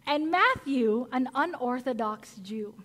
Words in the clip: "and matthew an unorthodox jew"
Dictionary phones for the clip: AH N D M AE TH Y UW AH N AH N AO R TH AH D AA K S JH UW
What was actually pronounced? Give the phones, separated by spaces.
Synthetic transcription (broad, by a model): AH N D M AE TH Y UW AH N AH N AO R TH AH D AA K S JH UW